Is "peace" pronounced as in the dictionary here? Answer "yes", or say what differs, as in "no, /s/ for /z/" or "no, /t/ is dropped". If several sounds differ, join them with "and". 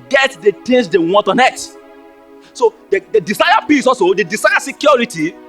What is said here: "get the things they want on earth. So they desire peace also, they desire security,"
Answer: no, /b/ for /p/